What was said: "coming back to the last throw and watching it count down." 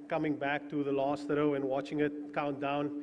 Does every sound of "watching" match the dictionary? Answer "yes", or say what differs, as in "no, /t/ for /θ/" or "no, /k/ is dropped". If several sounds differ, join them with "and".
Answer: yes